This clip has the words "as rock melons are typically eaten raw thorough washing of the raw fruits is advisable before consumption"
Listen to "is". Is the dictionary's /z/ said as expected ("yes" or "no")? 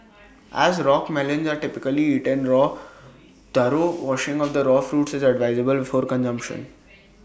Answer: yes